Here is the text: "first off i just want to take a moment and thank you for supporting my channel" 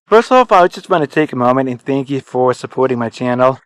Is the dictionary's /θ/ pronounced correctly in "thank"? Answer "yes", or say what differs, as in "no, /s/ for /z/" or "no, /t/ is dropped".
yes